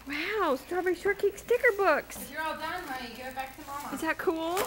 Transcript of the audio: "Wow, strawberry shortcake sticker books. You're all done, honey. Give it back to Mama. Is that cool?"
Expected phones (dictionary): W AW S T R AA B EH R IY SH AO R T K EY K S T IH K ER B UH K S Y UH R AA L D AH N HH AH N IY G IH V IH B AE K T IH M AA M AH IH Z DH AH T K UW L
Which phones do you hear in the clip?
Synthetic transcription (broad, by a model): W AW S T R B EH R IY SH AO R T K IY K S T IH K ER B UH K S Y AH R AA L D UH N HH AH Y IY G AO IH B AE K T IH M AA IH Z DH AH T K UW L